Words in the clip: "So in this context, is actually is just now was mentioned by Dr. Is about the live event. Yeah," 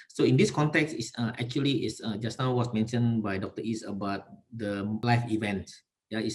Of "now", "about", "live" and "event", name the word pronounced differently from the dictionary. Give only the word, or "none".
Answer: live